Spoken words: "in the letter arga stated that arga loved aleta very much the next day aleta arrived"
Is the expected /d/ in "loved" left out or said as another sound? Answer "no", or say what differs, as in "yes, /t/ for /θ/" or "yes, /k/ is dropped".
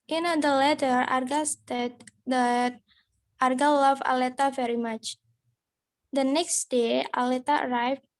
yes, /d/ is dropped